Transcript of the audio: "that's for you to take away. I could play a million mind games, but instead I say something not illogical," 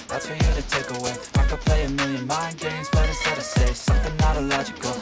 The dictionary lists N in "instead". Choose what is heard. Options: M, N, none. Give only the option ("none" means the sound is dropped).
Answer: none